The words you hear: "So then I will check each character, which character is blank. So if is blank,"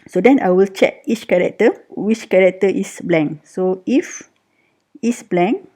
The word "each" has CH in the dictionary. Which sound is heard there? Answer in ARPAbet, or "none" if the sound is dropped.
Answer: CH